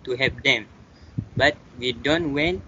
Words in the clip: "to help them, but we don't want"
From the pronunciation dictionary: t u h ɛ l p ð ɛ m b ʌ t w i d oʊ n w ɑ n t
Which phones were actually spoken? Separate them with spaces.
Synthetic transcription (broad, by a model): t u h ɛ p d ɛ m b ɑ t w i d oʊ n w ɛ n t